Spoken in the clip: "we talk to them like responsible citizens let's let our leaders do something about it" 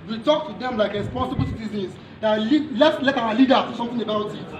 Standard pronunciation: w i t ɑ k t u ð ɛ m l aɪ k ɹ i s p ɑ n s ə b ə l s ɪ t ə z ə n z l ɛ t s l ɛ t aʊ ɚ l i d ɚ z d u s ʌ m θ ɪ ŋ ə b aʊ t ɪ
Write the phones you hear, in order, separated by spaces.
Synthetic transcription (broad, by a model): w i t ɑ k t u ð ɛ m l aɪ k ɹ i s p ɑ n s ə b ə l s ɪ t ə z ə n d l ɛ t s l ɛ t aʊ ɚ l i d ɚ d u s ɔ m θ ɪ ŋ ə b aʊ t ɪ